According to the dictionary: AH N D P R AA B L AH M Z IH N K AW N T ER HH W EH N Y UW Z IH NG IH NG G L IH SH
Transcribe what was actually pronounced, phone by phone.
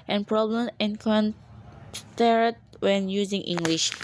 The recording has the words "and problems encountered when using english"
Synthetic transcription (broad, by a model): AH N P R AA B L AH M IH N K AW N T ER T W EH N Y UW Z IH NG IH NG G L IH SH